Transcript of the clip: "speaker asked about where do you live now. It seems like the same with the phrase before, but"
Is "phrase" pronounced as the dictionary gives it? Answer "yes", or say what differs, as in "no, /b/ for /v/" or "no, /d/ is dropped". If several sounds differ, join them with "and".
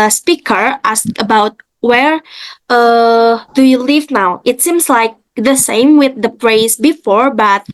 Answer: no, /p/ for /f/